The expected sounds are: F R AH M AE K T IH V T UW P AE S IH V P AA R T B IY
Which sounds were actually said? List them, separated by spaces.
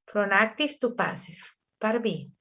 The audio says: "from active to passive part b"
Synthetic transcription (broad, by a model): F R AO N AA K T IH F T UW P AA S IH F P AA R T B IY